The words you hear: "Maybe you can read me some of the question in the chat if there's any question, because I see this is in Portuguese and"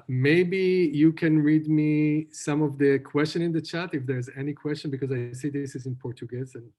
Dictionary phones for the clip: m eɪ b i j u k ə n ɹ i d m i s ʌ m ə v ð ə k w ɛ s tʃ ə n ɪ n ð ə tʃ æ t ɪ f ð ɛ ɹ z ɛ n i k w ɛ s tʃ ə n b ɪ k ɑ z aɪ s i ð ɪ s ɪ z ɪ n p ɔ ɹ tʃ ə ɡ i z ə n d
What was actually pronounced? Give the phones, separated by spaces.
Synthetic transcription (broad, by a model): m eɪ b i j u k ə n ɹ i d m i s ʌ m ə v ð ə k w ɛ s tʃ ə n ɪ n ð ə tʃ æ t ɪ f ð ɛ ɹ z ɛ n i k w ɛ s tʃ ə n b ɪ k ɑ z aɪ s i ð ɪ s ɪ z ɪ n p ɔ ɹ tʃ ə ɡ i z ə n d